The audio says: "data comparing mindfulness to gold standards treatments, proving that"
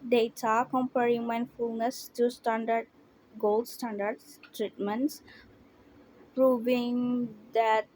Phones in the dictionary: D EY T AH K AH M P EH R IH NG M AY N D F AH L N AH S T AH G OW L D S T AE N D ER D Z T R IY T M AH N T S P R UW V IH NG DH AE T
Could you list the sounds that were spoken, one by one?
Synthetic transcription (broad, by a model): D EY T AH K AH M P EH R IH NG M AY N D F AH L N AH S T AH G OW L D S T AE N D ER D S T R IY T M AH N T S P R UW V IH NG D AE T